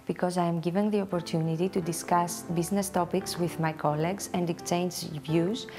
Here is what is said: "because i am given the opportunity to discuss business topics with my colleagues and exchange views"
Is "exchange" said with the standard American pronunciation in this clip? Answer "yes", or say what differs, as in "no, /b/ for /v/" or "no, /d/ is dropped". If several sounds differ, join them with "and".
no, /s/ is dropped